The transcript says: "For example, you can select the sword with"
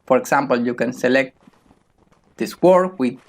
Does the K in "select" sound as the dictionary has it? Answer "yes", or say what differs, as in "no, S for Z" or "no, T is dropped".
yes